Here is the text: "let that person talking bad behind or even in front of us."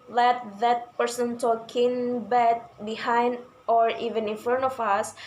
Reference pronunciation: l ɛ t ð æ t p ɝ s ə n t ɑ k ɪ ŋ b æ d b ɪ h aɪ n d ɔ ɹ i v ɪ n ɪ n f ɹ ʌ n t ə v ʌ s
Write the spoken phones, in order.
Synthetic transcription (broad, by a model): l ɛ t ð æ t p ɝ s ə n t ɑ k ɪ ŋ b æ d b ɪ h aɪ n d ɔ ɹ i v ɪ n ɪ n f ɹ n ə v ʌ s